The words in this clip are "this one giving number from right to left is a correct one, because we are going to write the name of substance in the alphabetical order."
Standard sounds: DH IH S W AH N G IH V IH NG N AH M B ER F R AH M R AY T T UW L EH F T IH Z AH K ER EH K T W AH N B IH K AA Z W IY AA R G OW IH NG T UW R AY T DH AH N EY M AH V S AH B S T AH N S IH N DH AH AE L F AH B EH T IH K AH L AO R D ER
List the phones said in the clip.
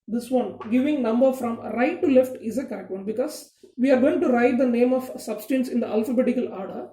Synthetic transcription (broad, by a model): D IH S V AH N G IH V IH NG N AH M B ER F R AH M R AY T T UW L EH F T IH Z AH K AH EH K T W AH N B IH K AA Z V IY AA R G OW IH NG T UW R AY T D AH N EY M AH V S AH B S T AH N S IH N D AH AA L F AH B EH T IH K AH L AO R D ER